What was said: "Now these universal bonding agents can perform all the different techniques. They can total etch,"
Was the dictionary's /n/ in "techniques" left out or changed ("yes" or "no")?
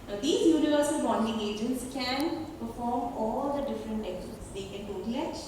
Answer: yes